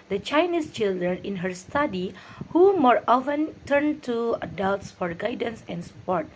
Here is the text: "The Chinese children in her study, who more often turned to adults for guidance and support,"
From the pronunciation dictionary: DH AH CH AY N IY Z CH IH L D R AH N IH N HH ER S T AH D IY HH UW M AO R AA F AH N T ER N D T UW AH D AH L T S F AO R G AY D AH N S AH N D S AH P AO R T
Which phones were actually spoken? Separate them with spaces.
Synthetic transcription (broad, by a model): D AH CH AY N IY S CH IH L D R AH N IH N HH ER S T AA D IY HH UW M AO R AA F AH N T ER N T UW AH D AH L T S F AO R G AY D AH N S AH N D S P AO R T